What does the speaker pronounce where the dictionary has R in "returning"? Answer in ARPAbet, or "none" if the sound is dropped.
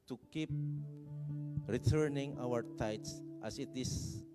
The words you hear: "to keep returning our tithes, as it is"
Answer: R